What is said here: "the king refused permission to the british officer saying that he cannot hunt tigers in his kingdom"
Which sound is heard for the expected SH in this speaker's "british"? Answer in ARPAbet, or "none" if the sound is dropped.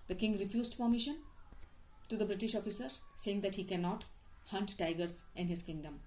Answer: SH